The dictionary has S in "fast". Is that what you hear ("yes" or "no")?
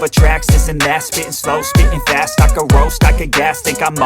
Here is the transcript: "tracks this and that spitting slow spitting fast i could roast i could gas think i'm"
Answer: yes